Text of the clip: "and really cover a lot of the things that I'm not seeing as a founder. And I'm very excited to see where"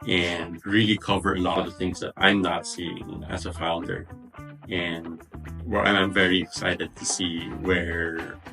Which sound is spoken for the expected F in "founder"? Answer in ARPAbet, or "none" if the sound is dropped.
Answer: F